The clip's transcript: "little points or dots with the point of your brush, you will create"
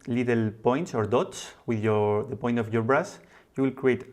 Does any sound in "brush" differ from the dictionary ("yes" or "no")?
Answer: yes